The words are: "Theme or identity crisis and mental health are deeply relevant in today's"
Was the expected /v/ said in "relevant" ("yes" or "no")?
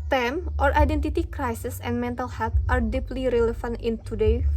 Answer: no